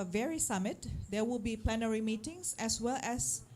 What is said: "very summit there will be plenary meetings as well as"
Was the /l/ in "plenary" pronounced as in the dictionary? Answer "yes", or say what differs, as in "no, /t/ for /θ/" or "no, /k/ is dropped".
yes